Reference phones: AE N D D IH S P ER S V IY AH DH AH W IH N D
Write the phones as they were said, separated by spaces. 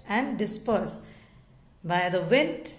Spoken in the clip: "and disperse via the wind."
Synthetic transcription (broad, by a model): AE N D D IH S P ER S B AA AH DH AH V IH N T